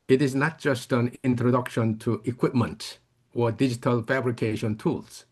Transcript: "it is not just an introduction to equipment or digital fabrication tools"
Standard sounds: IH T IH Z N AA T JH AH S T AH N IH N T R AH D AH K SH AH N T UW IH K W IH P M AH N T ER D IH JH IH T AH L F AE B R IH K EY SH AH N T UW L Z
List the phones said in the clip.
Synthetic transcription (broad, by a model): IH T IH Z N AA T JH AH S T AH N IH N T R AH D AH K SH AH N T UW IH K W IH P M AH N T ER D IH JH IH T AH L F AE B R IH K EY SH AH N T UW L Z